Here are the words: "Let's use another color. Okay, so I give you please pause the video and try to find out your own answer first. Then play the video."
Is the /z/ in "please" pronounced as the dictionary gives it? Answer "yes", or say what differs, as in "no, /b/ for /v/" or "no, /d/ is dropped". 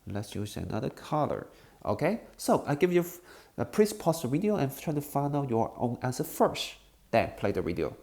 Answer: no, /s/ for /z/